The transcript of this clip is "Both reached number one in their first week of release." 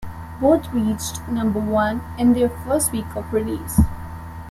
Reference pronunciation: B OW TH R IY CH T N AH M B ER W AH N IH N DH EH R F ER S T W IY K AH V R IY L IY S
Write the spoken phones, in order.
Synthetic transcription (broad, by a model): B OW T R IY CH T N AH M B ER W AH N IH N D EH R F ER S T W IY K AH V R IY L IY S